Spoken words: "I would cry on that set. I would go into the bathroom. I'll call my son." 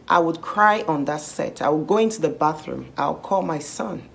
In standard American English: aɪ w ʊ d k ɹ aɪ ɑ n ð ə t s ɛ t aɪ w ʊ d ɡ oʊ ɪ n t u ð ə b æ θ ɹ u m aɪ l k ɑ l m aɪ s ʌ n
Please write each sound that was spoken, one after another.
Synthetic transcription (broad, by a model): aɪ w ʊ d k ɹ aɪ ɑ n ð ə t s ɛ t aɪ w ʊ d ɡ oʊ ɪ n t u ð ə b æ θ ɹ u m aɪ w k ɑ l m aɪ s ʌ n